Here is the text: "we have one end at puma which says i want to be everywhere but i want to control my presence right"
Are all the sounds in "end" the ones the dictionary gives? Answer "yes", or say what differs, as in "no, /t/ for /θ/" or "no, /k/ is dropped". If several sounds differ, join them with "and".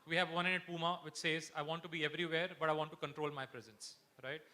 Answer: no, /d/ is dropped